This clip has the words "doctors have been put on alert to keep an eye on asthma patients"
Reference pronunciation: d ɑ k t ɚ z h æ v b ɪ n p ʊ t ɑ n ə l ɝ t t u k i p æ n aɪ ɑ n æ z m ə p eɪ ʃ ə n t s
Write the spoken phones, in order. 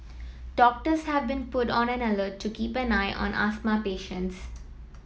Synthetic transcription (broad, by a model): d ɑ k t ɚ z h æ v b ɪ n p ʊ t ɑ n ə n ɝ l t u k i p æ n aɪ ɑ n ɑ s m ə p eɪ ʃ ə n t s